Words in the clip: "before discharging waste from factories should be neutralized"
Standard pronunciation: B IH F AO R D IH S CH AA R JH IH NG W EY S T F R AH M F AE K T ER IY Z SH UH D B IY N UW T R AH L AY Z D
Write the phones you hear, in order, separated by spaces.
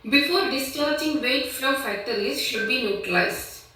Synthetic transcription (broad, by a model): B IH F AO R D IH S CH AA R JH IH NG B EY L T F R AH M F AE T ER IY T SH UH D B IY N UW T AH L AY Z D